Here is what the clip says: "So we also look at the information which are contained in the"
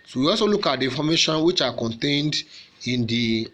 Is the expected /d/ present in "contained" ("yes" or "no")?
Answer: yes